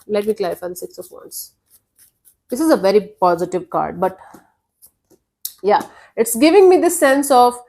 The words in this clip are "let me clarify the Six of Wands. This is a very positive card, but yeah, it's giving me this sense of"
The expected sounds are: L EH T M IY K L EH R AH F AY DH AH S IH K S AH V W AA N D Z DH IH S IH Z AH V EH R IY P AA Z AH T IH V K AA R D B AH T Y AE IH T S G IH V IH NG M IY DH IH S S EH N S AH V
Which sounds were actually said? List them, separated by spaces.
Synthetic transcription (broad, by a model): L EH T M IY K L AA AH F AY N S IH K S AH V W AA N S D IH S IH Z AH V EH R IY P AA Z AH T IH V K AA R D B AH T Y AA IH T S G IH V IH NG M IY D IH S S EH N S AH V